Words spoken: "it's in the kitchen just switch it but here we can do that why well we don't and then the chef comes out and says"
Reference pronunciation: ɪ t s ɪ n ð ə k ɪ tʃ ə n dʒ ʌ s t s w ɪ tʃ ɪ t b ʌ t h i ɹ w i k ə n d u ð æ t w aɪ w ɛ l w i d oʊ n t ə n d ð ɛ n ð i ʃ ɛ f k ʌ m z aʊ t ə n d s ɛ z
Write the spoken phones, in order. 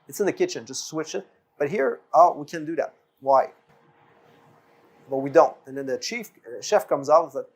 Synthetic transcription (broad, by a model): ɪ t s ɪ n ð ə k ɪ tʃ ə n dʒ ʌ s t s w ɪ tʃ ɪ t b ʌ t h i ɹ w i k ə n d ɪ ð æ t w aɪ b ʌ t w i d oʊ n t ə n ð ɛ n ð i ʃ ɛ f k ʌ m z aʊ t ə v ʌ